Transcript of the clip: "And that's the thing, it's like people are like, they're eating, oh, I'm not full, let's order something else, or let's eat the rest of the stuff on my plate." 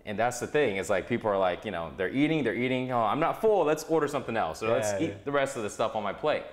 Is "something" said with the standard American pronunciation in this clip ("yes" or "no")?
yes